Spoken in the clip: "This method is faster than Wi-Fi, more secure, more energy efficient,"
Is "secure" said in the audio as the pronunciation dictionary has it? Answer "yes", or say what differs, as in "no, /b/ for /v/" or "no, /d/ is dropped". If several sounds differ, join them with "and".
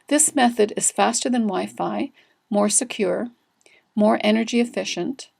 yes